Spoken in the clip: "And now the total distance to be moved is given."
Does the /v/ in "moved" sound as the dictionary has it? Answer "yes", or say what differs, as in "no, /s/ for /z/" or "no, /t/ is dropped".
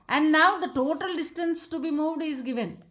yes